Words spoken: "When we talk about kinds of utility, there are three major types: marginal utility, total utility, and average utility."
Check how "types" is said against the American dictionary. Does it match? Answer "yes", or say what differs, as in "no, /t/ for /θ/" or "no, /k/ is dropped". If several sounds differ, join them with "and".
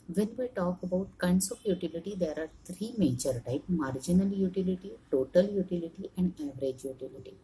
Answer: no, /s/ is dropped